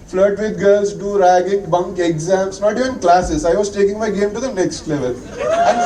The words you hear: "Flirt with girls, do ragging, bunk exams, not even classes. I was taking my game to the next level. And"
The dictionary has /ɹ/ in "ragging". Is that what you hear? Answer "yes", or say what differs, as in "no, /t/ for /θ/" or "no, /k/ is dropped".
yes